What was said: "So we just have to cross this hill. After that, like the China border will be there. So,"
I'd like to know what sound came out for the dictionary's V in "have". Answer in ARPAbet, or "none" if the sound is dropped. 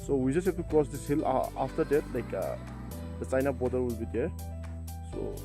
B